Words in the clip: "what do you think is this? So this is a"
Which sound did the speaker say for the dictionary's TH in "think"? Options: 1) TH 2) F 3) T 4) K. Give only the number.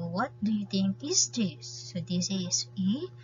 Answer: 3